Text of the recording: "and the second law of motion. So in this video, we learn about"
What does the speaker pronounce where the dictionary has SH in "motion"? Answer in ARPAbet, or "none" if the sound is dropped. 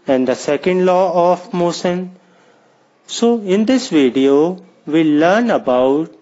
S